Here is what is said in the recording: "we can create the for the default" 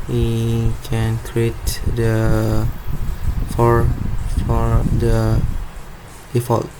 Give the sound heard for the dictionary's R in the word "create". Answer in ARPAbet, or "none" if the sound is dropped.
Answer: R